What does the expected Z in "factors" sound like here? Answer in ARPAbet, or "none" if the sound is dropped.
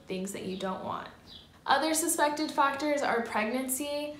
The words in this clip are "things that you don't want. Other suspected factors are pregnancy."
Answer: Z